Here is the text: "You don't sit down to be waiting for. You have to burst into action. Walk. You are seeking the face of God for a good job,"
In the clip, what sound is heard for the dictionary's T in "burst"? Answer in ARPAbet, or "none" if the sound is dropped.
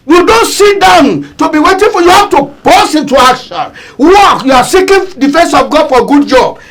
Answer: none